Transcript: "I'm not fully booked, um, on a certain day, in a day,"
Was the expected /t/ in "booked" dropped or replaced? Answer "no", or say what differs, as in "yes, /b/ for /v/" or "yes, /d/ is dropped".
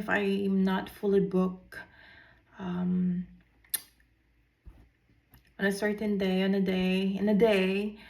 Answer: yes, /t/ is dropped